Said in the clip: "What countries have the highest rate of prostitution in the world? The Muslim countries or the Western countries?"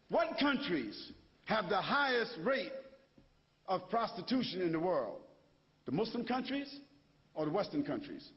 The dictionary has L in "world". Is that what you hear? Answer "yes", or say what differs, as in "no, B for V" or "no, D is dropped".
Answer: yes